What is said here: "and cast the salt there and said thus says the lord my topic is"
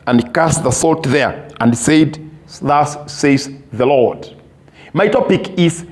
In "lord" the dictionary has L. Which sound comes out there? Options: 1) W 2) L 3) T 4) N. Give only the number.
2